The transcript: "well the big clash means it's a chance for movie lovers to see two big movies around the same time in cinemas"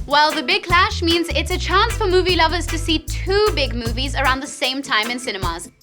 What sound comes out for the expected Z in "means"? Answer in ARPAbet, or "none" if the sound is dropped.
Z